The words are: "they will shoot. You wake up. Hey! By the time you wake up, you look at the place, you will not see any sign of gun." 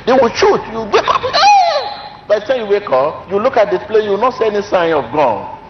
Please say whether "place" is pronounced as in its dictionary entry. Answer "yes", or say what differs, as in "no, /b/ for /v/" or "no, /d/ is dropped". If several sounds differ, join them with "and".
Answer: no, /s/ is dropped